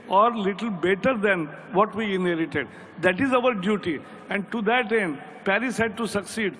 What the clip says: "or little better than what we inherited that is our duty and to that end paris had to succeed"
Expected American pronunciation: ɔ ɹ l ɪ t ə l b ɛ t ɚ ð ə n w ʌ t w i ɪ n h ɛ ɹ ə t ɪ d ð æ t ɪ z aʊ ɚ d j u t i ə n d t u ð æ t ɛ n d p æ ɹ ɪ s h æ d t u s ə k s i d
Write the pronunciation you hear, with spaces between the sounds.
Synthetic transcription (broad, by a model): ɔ ɹ l ɪ t ə l b ɛ t ɚ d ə n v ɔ t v i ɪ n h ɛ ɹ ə t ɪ d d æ t ɪ z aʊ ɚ d j u t i ə n d t u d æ t ɛ n d p æ ɹ ɪ s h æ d t u s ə k s i d